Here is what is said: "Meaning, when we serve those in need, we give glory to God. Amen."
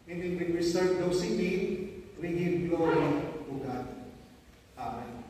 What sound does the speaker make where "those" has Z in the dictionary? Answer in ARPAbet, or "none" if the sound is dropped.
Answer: S